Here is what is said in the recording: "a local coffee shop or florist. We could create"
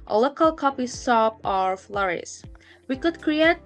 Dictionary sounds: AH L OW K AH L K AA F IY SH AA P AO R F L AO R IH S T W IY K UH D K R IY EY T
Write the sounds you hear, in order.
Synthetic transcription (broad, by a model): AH L OW K AH L K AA P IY S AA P AO R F L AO R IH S W IY K UH D K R IY EY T